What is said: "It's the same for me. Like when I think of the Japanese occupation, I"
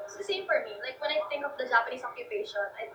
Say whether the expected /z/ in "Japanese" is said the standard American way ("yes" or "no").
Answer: no